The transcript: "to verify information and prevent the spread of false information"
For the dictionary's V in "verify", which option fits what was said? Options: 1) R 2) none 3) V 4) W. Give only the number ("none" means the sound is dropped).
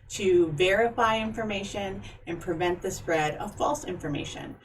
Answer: 3